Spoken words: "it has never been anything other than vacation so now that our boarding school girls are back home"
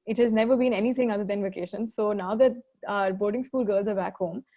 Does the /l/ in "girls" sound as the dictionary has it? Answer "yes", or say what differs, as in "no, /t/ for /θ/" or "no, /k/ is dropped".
yes